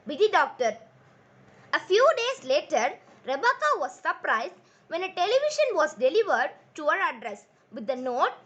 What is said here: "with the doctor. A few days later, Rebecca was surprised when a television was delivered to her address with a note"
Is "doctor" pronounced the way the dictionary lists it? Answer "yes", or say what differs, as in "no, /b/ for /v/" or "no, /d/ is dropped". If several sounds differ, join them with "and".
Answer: yes